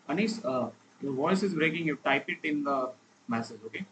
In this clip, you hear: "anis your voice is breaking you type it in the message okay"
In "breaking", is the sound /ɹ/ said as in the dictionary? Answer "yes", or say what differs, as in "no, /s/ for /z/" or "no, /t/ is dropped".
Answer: yes